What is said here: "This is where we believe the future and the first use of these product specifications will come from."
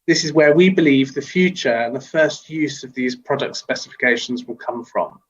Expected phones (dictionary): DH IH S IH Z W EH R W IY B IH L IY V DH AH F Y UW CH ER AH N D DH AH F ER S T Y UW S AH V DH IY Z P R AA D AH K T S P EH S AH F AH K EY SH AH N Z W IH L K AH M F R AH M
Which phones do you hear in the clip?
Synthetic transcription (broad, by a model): DH IH S IH Z W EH W IY B IH L IY V DH AH F Y UW CH ER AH N DH AH F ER S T Y UW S AH V DH IY Z P R AA D AH K T S P EH S AH F AH K EY SH AH N Z W IH L K AH M F R AH M